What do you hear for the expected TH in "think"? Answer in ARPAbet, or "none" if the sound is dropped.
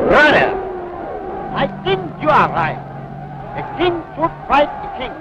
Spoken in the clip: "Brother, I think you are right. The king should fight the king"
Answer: T